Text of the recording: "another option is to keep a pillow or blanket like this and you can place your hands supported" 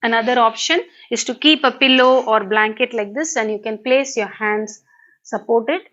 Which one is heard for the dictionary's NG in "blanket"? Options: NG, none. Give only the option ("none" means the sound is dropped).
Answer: NG